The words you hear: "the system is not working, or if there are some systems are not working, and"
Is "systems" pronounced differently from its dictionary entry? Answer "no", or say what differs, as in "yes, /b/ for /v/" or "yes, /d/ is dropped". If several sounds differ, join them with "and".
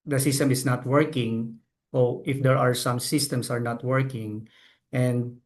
yes, /s/ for /z/